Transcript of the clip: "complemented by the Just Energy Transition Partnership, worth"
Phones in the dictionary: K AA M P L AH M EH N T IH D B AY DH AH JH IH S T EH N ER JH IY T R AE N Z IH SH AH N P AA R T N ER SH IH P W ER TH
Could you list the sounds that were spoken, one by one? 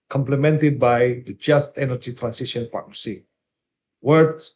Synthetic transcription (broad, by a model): K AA M P L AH M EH N T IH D B AY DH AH JH IH S T EH N ER JH IY T R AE N S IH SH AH N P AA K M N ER S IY W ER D